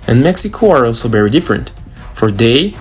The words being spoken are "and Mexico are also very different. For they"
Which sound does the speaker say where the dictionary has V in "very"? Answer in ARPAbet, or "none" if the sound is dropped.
V